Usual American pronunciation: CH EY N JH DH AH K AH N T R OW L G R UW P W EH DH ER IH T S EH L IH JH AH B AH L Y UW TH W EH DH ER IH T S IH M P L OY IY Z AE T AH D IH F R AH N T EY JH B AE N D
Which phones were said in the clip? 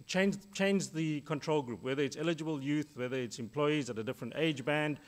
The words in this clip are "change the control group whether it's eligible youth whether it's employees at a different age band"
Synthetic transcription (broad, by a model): CH EY N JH DH AH K AH N T R OW L G R UW P W EH DH ER IH T S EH L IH JH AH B AH L Y UW TH W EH DH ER IH T S IH M P L OY IY Z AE T AH D IH F R AH N T EY JH B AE N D